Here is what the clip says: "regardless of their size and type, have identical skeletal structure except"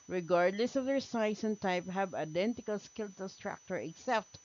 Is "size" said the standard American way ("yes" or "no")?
no